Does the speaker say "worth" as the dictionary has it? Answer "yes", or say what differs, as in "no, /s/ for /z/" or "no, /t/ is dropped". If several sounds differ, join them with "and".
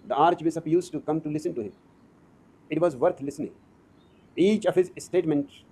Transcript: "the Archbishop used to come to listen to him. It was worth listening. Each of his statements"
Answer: no, /t/ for /θ/